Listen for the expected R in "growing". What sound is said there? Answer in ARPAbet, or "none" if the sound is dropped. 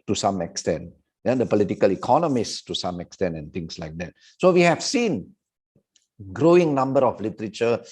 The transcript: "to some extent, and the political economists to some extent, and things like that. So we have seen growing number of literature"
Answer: R